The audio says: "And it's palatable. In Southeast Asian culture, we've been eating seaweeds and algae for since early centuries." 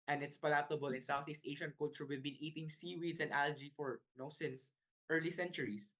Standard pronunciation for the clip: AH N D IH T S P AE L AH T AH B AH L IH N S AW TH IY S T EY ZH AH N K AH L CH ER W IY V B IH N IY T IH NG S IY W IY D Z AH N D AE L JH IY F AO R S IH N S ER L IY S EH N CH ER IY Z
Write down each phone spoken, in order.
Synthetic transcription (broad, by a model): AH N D IH T S P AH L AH T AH B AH L IH N S AW TH IY S T EY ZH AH N K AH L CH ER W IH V B IH N IY T IH NG S IY W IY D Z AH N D AE L JH IY F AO R S IH N S ER L IY S EH N CH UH IY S